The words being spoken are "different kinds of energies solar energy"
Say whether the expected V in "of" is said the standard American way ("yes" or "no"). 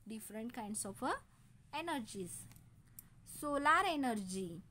no